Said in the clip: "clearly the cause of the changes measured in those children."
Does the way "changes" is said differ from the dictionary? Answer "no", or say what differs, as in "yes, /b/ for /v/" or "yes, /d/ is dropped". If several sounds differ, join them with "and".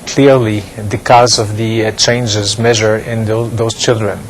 no